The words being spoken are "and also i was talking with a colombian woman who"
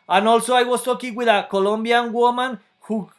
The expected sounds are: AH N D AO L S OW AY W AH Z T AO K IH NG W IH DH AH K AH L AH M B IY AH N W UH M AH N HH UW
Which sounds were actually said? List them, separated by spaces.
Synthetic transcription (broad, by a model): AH N AO L S OW AY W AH S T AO K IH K W IH DH AH K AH L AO M B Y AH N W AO M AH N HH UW